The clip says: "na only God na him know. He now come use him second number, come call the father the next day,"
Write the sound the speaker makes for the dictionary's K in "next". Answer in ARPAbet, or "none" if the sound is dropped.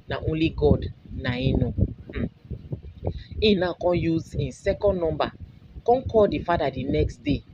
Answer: K